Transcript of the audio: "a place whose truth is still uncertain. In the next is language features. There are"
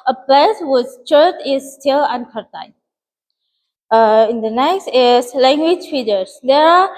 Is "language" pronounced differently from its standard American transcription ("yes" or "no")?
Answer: no